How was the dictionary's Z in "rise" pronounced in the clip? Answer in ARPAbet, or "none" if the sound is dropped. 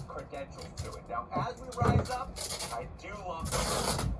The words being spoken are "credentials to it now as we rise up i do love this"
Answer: Z